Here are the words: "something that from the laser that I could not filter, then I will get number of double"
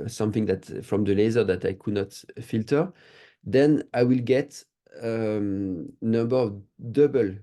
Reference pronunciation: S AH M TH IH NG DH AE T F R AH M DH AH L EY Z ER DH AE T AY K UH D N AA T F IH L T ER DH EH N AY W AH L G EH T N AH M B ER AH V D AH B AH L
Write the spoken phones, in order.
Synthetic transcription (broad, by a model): S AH M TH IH NG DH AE T F R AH M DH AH L EY Z ER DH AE T AY K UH D N AA T F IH L T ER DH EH N AY W AH L G EH T N AH M B ER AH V D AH B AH L